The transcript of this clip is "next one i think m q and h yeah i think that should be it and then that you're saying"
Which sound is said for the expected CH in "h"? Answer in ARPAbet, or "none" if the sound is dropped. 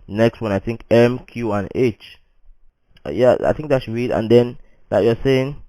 CH